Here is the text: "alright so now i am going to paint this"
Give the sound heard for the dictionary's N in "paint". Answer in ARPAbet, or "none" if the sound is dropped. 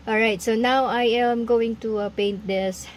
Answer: N